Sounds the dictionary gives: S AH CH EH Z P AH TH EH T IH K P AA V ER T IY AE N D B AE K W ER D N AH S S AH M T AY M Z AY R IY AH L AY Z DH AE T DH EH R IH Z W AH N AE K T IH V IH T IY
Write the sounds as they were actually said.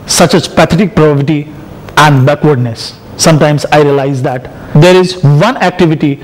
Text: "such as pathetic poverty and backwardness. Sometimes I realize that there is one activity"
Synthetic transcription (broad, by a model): S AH CH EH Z P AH T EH T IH K P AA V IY T IY AE N D B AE K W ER D N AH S S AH M T AY M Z AY R IY AH L AY Z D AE T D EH R IH Z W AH N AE K T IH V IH T IY